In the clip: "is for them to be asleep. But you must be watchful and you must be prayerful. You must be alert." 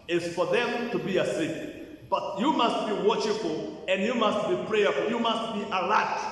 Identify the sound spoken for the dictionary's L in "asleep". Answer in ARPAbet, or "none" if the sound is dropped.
none